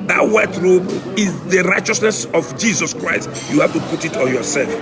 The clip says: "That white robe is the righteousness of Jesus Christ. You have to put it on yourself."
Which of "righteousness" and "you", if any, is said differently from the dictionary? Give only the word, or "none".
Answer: none